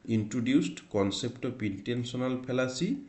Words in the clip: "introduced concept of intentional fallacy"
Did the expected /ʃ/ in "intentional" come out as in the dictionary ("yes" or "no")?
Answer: no